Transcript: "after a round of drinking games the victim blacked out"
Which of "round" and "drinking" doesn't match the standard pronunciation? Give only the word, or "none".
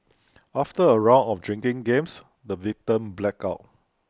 round